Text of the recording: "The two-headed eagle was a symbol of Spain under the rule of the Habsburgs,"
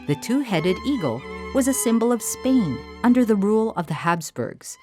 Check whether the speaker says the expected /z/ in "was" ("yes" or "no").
yes